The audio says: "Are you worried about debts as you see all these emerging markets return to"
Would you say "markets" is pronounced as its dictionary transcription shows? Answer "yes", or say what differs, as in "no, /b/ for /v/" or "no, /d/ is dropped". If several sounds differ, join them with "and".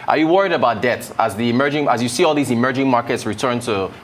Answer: yes